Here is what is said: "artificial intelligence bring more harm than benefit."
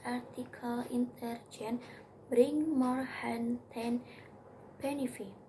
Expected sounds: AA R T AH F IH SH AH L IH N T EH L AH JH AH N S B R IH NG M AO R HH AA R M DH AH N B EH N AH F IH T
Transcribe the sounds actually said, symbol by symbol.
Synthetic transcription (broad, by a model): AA R T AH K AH L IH N T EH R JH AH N B R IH NG M AO R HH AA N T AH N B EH N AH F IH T